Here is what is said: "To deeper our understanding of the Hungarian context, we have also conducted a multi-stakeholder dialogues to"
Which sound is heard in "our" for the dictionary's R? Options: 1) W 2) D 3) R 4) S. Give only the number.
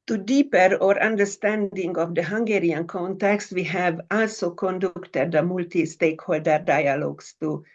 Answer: 3